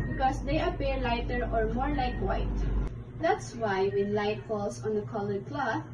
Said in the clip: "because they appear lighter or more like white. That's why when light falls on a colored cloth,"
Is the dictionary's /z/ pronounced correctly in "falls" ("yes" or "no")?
no